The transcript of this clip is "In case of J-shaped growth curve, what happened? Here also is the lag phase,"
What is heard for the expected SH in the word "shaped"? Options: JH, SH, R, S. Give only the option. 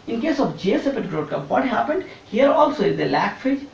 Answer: S